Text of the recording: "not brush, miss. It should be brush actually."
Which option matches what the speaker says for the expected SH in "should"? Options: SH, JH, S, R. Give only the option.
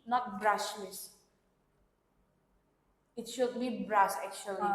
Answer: SH